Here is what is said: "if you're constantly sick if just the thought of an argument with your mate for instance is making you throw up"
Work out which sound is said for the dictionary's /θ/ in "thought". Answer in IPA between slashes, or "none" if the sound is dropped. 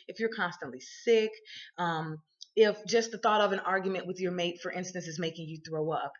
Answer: /θ/